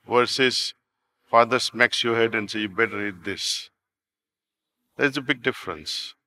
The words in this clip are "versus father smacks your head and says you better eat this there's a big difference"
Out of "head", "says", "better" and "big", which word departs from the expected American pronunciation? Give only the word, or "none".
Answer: says